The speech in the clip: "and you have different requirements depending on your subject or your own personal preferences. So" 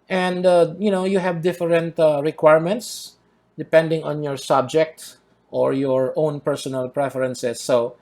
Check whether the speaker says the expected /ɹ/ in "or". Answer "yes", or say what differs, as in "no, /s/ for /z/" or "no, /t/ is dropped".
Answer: yes